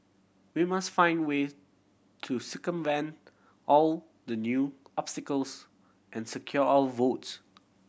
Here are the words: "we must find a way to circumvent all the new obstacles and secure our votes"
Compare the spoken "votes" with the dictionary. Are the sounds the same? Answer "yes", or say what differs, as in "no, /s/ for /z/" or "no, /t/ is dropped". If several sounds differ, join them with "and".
yes